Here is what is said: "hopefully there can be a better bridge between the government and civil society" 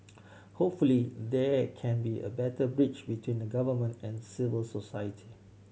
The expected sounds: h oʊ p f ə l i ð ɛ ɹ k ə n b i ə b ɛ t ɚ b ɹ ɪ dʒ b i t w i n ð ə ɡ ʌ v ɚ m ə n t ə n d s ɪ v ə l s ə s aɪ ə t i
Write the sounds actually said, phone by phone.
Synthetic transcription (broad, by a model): h oʊ p f ə l i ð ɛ k ə n b i ə b ɛ t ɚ b ɹ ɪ tʃ b i t w i n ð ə ɡ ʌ v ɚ m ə n t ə n s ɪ v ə l s ə s aɪ ə t i